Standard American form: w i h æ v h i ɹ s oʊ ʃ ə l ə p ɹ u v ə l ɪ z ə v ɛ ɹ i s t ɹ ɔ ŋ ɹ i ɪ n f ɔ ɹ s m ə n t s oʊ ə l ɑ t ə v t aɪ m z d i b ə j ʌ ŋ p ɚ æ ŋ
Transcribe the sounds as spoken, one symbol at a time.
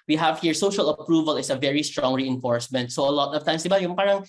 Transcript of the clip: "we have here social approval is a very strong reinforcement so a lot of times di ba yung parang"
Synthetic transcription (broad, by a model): w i h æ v h i ɹ s oʊ ʃ ə l ə p ɹ u v ə l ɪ s ə v ɛ ɹ i s t ɹ ɔ ŋ ɹ i ɪ n f ɔ ɹ s m ə n t s oʊ ə l ɑ t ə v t aɪ m s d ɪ b ə j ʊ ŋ p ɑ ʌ ŋ